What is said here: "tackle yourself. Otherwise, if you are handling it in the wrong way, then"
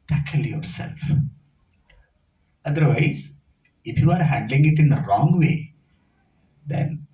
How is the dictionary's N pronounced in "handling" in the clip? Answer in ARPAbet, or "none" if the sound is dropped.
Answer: N